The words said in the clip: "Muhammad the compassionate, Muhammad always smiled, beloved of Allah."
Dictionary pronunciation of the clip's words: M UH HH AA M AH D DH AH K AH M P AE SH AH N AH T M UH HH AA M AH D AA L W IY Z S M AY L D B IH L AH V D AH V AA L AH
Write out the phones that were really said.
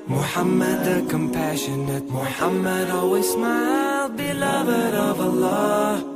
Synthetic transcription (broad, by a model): M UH HH AA M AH D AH K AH M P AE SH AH N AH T M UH HH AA M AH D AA W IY S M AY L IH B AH D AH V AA L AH